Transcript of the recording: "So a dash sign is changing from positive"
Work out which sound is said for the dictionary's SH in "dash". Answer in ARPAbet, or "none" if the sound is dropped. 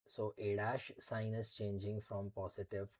SH